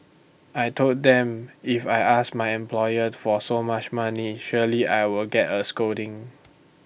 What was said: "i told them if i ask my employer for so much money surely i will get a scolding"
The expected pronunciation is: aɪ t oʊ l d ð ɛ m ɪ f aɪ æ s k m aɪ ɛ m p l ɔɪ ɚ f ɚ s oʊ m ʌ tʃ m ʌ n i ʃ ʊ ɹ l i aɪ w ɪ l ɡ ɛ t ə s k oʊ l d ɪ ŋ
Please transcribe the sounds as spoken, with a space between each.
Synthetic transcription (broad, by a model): aɪ t oʊ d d ɛ m ɪ f aɪ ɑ s m aɪ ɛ m p l ɔɪ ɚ f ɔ s oʊ m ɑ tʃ m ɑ n i ʃ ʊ l i aɪ w ɪ l ɡ ɛ t ə s k oʊ d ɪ ŋ